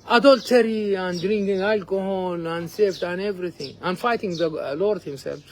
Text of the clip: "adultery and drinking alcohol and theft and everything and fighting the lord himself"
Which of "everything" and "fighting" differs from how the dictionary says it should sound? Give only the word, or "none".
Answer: everything